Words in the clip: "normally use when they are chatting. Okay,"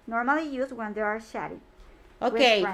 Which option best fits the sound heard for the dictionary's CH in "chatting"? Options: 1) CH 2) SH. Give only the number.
2